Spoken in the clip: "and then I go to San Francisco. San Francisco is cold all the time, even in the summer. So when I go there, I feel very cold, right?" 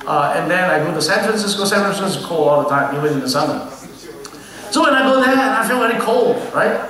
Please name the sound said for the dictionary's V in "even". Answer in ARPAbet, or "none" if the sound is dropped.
W